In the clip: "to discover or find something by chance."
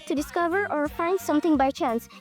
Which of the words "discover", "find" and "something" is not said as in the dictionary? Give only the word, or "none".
something